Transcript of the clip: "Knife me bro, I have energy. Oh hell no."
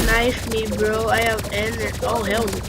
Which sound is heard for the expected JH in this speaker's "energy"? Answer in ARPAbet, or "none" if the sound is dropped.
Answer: none